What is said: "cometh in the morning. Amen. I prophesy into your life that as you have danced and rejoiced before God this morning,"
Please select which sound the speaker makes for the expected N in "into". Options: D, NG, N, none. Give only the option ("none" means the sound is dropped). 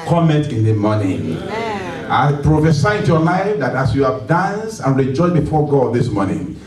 none